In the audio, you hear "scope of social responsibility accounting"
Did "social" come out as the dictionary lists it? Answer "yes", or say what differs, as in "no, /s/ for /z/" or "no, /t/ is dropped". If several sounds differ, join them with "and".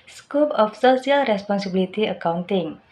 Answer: no, /s/ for /ʃ/